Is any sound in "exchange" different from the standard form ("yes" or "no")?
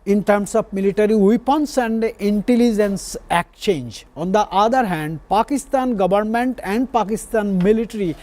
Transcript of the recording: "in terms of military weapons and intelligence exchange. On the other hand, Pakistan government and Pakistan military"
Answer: yes